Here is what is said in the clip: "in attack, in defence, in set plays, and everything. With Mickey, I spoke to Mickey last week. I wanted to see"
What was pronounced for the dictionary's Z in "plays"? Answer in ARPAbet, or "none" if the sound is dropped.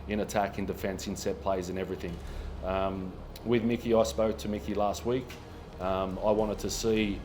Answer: Z